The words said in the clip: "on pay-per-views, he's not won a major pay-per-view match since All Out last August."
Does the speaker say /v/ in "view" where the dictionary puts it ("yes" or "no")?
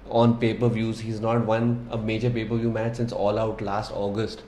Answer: yes